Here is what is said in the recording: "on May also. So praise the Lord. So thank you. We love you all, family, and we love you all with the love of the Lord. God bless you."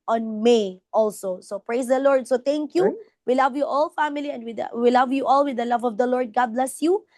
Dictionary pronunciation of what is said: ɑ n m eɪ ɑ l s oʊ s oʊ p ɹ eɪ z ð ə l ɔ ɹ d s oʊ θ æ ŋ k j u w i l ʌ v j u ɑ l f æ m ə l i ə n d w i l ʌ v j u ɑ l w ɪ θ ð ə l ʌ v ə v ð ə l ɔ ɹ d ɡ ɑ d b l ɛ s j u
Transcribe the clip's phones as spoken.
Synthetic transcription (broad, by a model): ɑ n m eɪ ɑ l s oʊ s oʊ p ɹ eɪ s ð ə l ɔ ɹ d s oʊ t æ ŋ k j u w i l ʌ v j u ɑ l f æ m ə l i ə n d w i l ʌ v j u ɑ l w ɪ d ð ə l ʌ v ə v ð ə l ɔ ɹ d ɡ ɑ d b l ɛ s j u